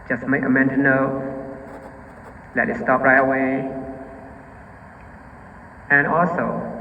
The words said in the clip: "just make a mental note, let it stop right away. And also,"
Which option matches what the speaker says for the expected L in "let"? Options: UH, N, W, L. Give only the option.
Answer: L